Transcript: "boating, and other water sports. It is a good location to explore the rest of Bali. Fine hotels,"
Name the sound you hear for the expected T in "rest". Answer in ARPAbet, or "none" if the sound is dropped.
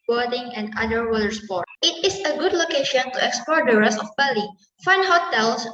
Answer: none